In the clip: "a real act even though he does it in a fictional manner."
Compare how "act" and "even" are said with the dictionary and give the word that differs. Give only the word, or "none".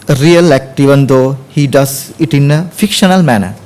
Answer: none